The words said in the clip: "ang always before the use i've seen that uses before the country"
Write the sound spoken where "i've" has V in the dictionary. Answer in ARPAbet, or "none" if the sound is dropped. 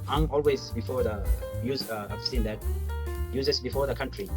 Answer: F